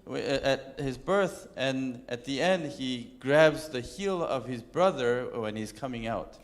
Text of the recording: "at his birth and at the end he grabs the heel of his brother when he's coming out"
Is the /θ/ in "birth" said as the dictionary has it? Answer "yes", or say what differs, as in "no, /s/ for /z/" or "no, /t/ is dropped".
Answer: yes